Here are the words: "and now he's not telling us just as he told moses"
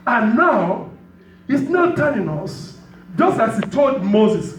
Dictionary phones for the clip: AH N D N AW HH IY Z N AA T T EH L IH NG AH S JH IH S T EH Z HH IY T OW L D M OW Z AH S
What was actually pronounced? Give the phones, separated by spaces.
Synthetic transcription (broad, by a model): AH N N AW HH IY S N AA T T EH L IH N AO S JH IH S T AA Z HH IY T OW L D M OW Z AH S